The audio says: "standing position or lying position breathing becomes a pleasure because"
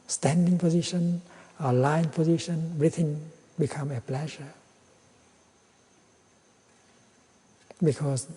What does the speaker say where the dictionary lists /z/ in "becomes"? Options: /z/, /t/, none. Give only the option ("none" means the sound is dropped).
none